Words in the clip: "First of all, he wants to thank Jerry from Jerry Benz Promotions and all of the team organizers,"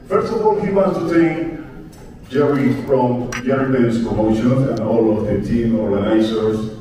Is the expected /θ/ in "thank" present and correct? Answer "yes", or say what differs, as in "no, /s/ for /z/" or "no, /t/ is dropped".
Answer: no, /t/ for /θ/